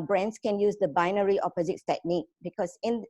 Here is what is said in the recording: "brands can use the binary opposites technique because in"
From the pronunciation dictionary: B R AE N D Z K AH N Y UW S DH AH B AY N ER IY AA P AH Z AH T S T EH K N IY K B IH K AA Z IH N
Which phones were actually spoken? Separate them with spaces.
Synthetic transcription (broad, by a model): B R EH N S K AH N Y UW S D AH B AY N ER IY AA P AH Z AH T T EH K N IY K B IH K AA S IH N